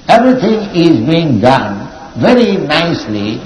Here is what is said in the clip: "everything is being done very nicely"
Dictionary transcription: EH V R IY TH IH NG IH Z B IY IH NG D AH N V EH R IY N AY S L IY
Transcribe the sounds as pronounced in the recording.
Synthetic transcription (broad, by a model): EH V R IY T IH NG IH Z B IY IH NG D AH N V EH R IY N AY S L IY